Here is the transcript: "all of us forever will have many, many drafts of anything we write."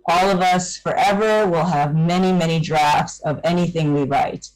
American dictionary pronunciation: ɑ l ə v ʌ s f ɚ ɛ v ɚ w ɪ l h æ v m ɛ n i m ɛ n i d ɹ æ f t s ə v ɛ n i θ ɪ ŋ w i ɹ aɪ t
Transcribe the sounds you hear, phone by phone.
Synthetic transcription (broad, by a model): ɑ l ə v ʌ s f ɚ ɛ v ɚ w ɪ l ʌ v m ɛ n i m ɛ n i d ɹ æ f t s ə v ɛ n i θ ɪ ŋ w i ɹ aɪ t